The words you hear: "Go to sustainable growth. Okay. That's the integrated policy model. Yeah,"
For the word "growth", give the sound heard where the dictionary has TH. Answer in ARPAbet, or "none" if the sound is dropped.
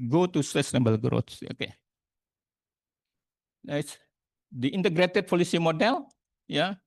S